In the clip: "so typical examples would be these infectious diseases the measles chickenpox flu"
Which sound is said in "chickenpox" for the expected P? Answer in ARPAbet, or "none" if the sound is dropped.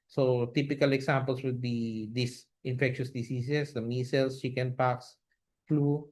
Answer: P